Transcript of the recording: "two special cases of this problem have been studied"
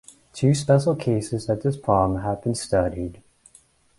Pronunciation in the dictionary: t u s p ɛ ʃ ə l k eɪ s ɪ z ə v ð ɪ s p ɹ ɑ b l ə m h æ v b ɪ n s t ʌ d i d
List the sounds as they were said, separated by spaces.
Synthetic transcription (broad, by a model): t u s p ɛ ʃ l k eɪ s ɪ z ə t ð ɪ s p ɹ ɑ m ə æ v b ɪ n s t ʌ d i d